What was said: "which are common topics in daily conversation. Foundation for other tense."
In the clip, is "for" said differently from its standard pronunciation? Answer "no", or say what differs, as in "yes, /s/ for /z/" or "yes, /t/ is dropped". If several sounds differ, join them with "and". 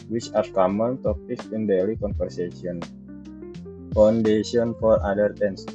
no